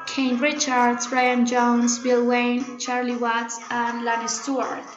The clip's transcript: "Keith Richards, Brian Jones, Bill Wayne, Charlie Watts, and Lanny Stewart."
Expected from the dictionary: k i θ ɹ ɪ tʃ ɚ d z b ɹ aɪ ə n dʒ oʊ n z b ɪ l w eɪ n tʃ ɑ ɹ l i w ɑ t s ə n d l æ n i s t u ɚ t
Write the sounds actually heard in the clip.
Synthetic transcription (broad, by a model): k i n ɹ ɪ tʃ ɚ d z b ɹ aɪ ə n dʒ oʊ n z b ɪ l w eɪ n tʃ ɑ ɹ l i w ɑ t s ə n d l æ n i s t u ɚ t